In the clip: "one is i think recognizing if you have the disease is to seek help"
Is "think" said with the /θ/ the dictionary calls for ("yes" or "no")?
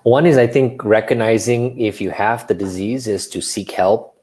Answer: yes